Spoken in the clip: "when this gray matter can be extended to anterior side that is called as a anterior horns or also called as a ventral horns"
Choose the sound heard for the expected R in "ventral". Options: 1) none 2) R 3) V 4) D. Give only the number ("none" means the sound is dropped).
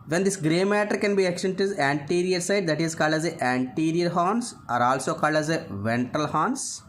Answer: 1